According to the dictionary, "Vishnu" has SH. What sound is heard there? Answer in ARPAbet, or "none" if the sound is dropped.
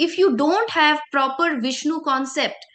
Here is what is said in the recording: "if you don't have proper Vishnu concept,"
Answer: SH